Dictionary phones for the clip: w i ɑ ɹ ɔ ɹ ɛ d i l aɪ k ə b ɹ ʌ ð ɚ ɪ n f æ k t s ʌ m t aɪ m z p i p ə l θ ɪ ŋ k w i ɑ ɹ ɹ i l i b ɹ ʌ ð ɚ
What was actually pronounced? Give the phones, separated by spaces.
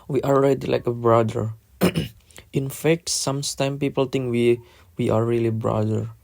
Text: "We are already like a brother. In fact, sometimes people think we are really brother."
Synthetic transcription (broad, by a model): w i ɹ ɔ l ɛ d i l aɪ k ə b ɹ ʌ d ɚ ɪ n f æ k t s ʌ m t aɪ m p i p ə l t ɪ ŋ k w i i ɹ ɹ i l i b ɹ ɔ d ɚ